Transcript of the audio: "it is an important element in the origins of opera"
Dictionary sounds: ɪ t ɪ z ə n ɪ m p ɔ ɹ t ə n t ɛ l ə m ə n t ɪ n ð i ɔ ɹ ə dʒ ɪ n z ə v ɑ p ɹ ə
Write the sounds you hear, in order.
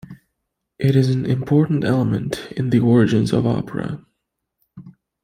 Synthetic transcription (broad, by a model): ɪ t ɪ z n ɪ m p ɔ ɹ t n t ɛ l ə m ə n t ɪ n ð i ɔ ɹ ə dʒ ɪ n z ə v ɑ p ɹ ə